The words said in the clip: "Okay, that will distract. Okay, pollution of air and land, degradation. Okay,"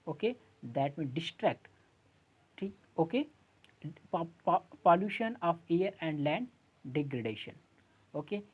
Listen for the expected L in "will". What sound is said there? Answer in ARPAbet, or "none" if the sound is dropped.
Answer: N